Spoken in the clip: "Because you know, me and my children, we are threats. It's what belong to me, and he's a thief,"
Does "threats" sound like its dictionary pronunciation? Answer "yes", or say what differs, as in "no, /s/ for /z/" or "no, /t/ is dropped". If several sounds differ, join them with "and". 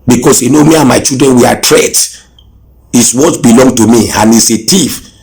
no, /t/ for /θ/ and /s/ is dropped